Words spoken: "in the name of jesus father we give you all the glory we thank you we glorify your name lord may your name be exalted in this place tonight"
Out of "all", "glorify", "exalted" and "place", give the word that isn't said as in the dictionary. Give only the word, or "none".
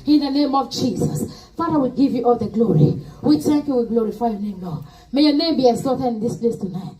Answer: exalted